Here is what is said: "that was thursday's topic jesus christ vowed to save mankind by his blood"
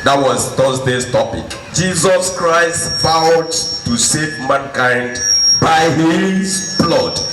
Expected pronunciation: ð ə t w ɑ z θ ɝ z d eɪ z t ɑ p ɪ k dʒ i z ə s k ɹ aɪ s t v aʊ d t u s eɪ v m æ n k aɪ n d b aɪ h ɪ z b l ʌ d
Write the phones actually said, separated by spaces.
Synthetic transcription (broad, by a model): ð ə t w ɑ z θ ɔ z d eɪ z t ɑ p ɪ k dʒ i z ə s k ɹ aɪ s t f aʊ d t u s eɪ v m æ n k aɪ n d b aɪ h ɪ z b l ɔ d